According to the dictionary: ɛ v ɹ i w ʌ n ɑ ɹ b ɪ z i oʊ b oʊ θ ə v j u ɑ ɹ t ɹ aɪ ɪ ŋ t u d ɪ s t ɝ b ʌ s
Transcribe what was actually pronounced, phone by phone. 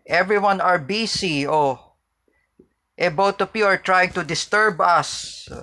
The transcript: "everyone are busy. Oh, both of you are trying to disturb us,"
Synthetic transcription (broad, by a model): ɛ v ɹ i w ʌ n ɑ ɹ b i s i oʊ b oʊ t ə p j u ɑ ɹ t ɹ aɪ ɪ ŋ t u d ɪ s t ɝ b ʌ s